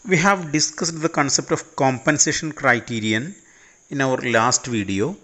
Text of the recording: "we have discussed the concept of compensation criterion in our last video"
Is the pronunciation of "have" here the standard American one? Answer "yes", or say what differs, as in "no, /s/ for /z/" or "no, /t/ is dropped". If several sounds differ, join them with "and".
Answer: yes